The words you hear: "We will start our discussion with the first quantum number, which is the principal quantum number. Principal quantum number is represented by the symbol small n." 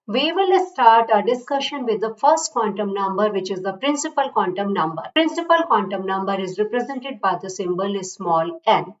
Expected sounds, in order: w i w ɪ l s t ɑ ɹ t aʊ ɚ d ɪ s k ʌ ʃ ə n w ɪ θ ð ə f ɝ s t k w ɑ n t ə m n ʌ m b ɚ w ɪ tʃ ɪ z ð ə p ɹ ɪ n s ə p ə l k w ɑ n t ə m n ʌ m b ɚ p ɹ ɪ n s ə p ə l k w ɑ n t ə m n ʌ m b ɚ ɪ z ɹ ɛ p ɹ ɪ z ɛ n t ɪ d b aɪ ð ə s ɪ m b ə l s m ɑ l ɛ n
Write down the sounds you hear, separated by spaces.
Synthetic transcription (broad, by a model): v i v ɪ l s t ɑ ɹ t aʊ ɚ d ɪ s k ʌ ʃ ə n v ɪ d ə f ɝ s t k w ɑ n t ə m n ʌ m b ɚ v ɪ tʃ ɪ z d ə p ɹ ɪ n s ə p ə l k w ɑ n t ə m n ʌ m b ɚ p ɹ ɪ n s ə p ə l k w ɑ n t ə m n ʌ m b ɚ ɪ z ɹ ɛ p ɹ ɪ z ɛ n t ɪ d b aɪ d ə s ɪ m b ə l s m ɑ l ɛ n